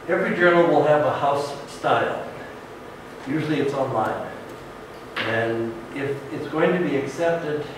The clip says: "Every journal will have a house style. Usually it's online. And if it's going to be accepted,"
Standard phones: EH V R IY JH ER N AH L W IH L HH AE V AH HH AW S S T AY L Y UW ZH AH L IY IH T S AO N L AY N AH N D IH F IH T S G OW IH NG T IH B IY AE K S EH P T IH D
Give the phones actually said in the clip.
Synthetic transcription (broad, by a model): EH V R IY JH ER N L W IH L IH V AH HH AW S S T AY L Y UW ZH L IY IH T S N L AY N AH N IH F IH T S G OW IH NG T IH B IY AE K S EH P T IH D